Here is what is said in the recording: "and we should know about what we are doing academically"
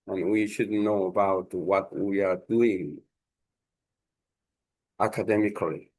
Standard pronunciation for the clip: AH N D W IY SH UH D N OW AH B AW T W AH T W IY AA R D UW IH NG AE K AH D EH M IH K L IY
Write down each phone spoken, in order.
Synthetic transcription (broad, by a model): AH N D W IY SH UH D N OW AH B AW T W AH T W IY AA R D UW IH NG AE K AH D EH M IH K L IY